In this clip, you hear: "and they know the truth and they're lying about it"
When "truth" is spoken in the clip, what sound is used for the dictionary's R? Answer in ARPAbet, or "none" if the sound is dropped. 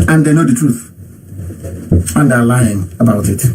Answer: R